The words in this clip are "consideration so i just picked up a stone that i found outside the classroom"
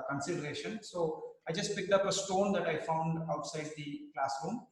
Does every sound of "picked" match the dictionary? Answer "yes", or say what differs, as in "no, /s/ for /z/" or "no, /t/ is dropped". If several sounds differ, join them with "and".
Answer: yes